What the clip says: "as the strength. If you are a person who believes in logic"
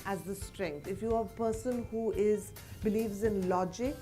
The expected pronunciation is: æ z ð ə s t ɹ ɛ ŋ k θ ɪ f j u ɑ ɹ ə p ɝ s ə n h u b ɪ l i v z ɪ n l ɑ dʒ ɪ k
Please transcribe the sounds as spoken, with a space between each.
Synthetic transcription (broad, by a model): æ z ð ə s t ɹ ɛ ŋ k t ɪ f j u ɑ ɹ ə p ɝ s ə n h u b ɪ l i v z ɪ n l ɑ dʒ ɪ k